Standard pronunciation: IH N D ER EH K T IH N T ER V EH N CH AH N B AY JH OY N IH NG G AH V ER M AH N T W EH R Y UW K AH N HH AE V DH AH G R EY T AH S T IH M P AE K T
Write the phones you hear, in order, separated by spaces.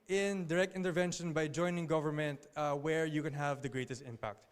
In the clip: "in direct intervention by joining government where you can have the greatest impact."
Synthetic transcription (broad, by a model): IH N D ER EH K T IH N T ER V EH N SH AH N B AY JH OY N IH NG G AH V ER M AH N T W EH R Y UW K AH N HH AE V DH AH G R EY T AH S T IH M P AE K T